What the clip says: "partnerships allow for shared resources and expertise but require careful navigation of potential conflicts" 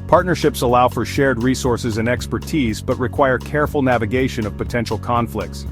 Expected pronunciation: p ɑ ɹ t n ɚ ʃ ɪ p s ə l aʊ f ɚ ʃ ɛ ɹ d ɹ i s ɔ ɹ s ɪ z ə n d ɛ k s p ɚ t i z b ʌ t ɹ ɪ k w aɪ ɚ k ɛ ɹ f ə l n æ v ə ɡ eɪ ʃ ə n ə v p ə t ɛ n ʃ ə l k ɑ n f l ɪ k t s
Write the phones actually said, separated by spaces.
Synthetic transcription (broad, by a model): p ɑ ɹ t n ɚ ʃ ɪ p s ə l aʊ f ɚ ʃ ɛ ɹ d ɹ i s ɔ ɹ s ɪ z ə n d ɛ k s p ɚ t i z b ʌ t ɹ ɪ k w aɪ ɚ k ɛ ɹ f l n æ v ə ɡ eɪ ʃ ə n ə v p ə t ɛ n ʃ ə l k ɑ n f l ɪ k t s